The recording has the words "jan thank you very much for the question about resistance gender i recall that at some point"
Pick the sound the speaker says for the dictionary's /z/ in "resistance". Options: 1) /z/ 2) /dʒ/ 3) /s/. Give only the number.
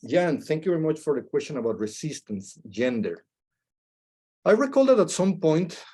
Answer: 3